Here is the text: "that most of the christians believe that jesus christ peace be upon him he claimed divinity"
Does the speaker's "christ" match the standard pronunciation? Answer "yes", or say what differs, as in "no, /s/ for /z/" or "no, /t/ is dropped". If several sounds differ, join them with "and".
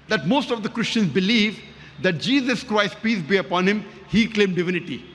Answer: yes